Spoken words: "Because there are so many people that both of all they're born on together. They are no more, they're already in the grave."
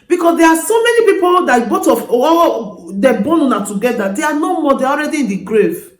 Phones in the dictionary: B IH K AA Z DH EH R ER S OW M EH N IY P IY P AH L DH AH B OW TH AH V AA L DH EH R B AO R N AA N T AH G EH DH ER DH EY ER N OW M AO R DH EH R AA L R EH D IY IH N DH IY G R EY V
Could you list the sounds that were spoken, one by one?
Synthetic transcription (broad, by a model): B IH K AA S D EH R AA S OW M EH N IY P IY P AH L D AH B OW T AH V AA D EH B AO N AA N T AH G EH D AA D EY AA N OW M AO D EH AA L R EH D IY IH N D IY G R EY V